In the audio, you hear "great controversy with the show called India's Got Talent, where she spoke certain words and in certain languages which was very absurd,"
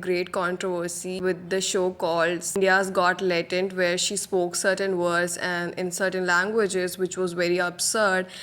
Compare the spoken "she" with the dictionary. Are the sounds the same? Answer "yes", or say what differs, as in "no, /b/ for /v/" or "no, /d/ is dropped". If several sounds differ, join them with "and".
yes